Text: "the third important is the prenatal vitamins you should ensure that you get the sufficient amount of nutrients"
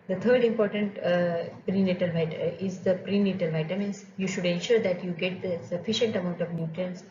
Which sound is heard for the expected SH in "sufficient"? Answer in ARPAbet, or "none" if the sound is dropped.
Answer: SH